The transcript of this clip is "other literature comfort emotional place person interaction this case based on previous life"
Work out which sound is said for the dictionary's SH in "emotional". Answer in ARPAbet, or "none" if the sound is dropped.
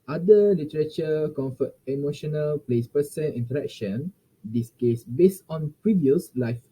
SH